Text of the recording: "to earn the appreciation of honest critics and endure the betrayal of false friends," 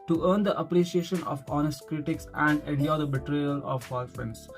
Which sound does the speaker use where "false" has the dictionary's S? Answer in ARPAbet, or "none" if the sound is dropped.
none